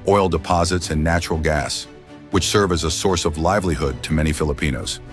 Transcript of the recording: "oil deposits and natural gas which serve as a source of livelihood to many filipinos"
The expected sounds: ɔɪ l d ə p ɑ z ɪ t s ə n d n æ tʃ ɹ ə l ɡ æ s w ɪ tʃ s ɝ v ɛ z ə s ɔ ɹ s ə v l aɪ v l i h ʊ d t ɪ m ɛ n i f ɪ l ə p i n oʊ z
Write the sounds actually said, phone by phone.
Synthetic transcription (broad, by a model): ɔɪ l d ə p ɑ z ɪ t s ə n n æ tʃ ɹ l ɡ æ s w ɪ tʃ s ɝ v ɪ z ə s ɔ ɹ s ə v l aɪ v l i h ʊ d t ɪ m ɛ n i f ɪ l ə p i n oʊ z